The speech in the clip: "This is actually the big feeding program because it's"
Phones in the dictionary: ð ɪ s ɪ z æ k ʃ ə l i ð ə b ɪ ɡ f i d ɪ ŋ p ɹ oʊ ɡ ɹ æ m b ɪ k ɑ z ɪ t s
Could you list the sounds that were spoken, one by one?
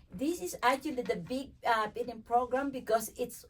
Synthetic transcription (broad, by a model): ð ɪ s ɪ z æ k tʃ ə l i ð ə b ɪ ɡ p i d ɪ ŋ p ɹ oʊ ɡ ɹ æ m b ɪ k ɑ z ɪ t s